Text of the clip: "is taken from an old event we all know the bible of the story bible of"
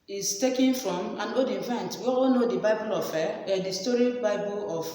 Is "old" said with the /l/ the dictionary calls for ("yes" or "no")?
no